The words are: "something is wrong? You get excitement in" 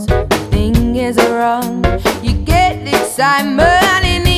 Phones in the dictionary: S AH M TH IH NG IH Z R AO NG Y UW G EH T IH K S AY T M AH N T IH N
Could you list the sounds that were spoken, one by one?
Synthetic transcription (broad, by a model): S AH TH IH NG IH Z R AO NG Y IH G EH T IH S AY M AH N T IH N